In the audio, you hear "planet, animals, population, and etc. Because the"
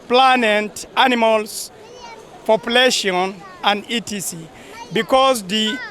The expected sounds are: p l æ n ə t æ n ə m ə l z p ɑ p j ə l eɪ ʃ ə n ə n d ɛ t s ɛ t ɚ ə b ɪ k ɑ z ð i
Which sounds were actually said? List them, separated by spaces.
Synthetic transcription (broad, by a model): p l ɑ n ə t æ n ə m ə l s p ɑ p j ə l eɪ ʃ ə n ə n d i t i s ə b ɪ k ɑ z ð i